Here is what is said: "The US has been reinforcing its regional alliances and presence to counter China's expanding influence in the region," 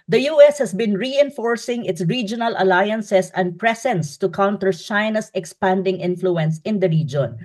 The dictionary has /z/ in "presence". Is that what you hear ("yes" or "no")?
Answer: no